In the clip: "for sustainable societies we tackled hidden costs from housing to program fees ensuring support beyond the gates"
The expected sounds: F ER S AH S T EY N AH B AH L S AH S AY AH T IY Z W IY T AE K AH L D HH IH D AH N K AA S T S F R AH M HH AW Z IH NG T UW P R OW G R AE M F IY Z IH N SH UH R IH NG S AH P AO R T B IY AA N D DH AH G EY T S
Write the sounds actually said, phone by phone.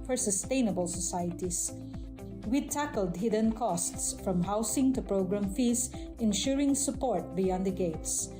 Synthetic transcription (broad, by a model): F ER S AH S T EY N AH B AH L S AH S AY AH T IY S W IY T AE K AH L D HH IH D AH N K AA S T S F R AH M HH AW S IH NG T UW P R OW G R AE M F IY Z IH N SH UH R IH NG S AH P AO R T B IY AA N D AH G EY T S